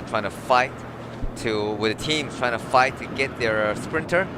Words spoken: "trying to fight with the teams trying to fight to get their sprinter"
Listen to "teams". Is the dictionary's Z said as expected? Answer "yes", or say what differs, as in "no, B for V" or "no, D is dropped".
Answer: no, Z is dropped